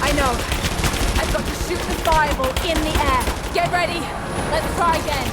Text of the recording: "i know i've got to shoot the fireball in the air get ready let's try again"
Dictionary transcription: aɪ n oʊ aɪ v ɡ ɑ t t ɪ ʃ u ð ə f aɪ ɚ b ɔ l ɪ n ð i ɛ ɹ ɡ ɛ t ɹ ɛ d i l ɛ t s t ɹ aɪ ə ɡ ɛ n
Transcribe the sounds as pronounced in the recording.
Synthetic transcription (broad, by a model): aɪ n oʊ aɪ v ɡ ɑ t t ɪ s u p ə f aɪ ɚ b l ɪ n ð i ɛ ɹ ɡ ɛ t ɹ ɛ d i l ɛ t s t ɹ aɪ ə ɡ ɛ n